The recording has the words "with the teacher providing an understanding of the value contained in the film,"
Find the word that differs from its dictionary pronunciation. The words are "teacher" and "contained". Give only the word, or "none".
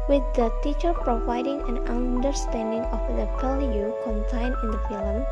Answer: contained